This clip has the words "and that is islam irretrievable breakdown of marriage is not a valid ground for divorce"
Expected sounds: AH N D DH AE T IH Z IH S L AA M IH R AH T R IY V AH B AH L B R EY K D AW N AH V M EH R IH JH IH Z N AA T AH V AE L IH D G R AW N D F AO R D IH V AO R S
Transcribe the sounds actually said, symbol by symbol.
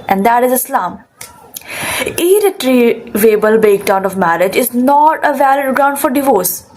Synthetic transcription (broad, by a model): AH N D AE T IH Z IH S L AA M IH R AH T R IY V AH B AH L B EY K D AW N AH V M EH R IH JH IH Z N AA T AH V AE L IH D G R AW N D F AO R D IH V AO R S